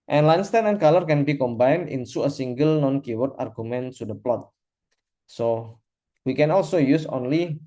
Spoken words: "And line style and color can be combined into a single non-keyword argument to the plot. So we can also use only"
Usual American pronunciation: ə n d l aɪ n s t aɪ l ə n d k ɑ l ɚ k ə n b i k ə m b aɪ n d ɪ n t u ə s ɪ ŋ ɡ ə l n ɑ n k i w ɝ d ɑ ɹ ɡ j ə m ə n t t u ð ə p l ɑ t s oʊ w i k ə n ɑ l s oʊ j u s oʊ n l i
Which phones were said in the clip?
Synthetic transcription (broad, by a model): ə n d l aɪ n s t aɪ n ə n k ɑ l ɚ k ə n b i k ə m b aɪ n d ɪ n s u ə s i ŋ ɡ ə l n ɑ n k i w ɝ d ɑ ɹ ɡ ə m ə n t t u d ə p l ɑ t s oʊ w i k ə n ɑ l s oʊ j u s oʊ n l i